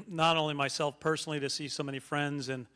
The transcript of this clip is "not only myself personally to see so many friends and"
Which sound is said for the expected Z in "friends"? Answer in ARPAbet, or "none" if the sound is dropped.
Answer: Z